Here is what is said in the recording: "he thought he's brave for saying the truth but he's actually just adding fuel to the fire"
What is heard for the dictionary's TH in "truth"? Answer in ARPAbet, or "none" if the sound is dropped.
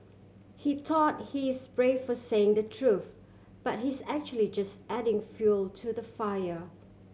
TH